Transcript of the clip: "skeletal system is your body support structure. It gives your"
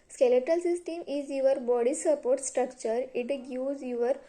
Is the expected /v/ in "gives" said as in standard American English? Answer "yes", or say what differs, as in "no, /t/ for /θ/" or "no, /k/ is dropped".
no, /v/ is dropped